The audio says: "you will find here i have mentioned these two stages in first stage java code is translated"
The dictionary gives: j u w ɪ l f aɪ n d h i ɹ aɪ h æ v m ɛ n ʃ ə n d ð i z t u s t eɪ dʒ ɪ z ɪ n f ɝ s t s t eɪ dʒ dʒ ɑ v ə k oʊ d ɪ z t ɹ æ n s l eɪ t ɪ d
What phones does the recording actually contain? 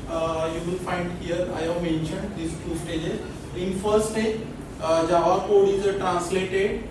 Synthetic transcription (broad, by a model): j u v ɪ l f aɪ n d h i ɹ aɪ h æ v m ɛ n ʃ ə n d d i s t u s t eɪ dʒ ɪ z ɪ n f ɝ t s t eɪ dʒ dʒ ɑ v ə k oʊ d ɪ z t ɹ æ n s l eɪ t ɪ d